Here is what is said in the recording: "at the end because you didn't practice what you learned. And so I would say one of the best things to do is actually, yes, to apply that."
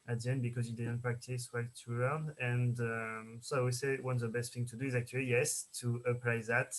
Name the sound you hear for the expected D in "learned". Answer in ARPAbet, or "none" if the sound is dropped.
none